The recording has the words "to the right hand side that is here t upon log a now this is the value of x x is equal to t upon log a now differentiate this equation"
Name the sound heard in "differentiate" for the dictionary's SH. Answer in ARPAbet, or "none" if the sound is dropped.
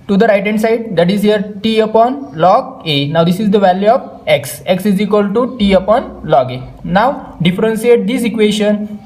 S